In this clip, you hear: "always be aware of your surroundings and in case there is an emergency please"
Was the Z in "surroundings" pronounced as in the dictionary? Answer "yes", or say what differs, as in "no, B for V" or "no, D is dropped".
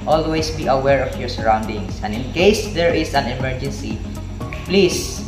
no, S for Z